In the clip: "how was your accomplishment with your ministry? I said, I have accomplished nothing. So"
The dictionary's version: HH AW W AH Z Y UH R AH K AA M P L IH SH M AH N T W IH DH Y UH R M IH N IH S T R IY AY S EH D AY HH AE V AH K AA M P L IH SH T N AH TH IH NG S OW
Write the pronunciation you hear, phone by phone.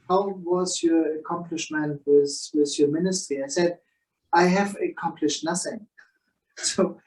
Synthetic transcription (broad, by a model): HH AW W AH Z Y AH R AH K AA M P L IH SH M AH N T W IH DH Y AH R M IH N IH S T R IY AY S EH D AY HH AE V AH K AA M P L IH SH T N AH TH IH NG S OW